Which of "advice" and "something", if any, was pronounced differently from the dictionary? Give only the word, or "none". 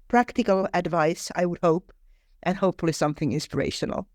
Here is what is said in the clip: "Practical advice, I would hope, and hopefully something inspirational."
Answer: none